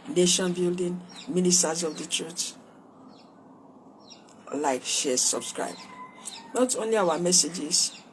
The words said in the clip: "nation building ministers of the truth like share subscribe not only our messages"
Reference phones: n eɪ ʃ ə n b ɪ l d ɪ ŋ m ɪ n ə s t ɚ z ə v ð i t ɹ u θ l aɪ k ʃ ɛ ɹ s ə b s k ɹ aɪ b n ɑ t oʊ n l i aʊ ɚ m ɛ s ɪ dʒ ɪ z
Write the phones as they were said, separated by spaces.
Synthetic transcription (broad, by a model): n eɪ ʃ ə n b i l d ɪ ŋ m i n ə s t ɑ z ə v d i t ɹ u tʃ l aɪ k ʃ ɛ s ə b s k ɹ aɪ b n ɑ t oʊ n l i aʊ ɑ m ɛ s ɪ dʒ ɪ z